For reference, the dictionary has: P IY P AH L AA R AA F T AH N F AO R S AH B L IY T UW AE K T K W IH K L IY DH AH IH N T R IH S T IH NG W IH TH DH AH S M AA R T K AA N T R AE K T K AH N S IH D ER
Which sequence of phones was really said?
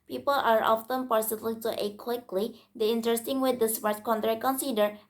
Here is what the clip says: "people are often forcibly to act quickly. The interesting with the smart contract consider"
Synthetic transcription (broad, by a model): P IY P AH L AA R AA F T AH N P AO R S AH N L T UW T K W IH K L IY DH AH IH N T R IH S T IH NG W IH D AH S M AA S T K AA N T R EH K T K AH N S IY D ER